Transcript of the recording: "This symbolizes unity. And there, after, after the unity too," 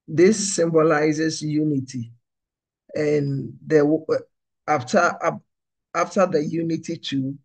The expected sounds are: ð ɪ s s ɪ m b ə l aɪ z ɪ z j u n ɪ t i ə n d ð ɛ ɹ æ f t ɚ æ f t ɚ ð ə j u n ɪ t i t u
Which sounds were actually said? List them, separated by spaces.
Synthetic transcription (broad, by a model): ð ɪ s s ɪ m b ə l aɪ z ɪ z j u n ɪ t i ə n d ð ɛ w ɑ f t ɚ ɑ f t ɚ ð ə j u n ɪ t i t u